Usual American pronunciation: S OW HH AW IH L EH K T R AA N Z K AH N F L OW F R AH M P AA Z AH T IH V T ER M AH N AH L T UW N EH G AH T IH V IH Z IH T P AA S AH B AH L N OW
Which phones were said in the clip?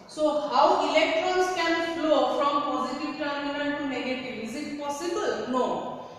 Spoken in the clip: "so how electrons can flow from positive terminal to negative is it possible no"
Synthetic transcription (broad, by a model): S OW HH AW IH L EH K T R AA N S K AH N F L OW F R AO M P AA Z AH T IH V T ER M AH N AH N T UW N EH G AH T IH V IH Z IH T P AA S AH B AH L N OW